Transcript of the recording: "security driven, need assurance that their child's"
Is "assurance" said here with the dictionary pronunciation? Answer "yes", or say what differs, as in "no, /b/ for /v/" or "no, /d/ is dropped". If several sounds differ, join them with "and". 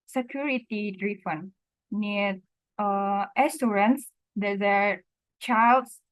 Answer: no, /s/ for /ʃ/